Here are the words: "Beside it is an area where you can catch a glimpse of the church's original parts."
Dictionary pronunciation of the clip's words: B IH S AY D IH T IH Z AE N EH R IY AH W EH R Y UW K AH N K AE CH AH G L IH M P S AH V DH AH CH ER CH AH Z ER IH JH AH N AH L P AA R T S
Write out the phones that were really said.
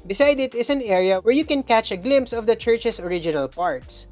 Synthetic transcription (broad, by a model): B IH S AY D IH T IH S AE N EH R IY AH W EH R Y UW K AH N K AE CH AH G L IH M P S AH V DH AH CH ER CH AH S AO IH JH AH N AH L P AA R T S